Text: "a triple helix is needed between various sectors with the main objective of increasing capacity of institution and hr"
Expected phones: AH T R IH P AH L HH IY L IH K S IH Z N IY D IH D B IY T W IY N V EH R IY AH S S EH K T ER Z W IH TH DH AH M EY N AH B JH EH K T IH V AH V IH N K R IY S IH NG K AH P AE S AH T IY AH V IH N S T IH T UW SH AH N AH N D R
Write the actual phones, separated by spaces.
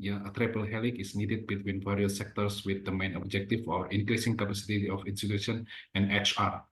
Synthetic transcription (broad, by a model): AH T R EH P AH L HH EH L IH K IH S N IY D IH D B IY T W IY N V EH R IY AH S S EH K T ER S W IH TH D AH M EY N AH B JH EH K T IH F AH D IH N K R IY S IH NG K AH P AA S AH T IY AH F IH N S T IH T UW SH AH N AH N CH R